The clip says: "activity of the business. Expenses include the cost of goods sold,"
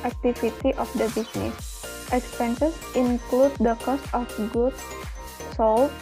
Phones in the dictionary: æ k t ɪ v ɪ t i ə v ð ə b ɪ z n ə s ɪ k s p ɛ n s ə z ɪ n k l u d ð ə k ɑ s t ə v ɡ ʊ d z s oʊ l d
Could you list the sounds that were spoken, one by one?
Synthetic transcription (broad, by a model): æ k t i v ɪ t i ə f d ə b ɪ s n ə s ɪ k s p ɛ n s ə s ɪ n k l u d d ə k ɑ s t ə f ɡ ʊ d s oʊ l